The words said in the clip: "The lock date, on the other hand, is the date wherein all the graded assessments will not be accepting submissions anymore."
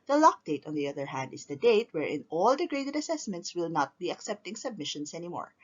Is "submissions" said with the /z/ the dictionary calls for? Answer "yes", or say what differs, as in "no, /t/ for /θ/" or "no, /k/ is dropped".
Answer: no, /s/ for /z/